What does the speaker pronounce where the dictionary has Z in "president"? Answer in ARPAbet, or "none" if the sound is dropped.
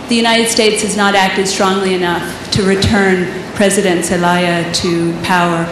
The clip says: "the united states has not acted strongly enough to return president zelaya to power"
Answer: Z